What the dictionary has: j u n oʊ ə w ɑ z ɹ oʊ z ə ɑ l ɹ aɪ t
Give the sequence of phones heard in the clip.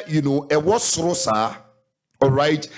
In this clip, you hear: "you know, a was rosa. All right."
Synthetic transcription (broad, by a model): j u n oʊ ə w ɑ s ɹ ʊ s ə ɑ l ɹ aɪ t